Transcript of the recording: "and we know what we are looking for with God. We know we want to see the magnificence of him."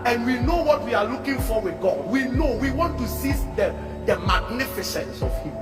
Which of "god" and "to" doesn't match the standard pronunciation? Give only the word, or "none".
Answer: to